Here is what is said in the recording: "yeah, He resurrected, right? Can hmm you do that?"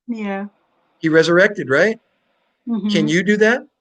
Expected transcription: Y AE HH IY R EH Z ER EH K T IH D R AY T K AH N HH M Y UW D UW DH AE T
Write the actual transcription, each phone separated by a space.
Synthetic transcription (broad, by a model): Y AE HH IY R EH Z ER EH K T IH D R AY T K AH N Y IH D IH DH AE T